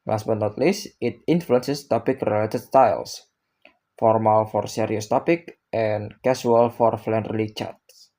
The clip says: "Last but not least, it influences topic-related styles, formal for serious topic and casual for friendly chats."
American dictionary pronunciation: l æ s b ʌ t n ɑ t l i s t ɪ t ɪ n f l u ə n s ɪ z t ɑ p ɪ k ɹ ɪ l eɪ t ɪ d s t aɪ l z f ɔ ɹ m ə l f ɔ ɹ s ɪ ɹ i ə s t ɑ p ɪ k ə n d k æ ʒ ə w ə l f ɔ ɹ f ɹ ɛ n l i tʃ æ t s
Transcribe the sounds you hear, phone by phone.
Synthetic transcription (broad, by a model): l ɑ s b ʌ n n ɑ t l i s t ɪ t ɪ n f l u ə n s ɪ s t ɑ p ɪ k ɹ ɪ l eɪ t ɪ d s t aɪ l s f ɔ ɹ m ə l f ɔ ɹ s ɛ ɹ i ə s t ɑ p ɪ k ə n k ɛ s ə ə l f ɔ ɹ f l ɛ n l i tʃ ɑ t s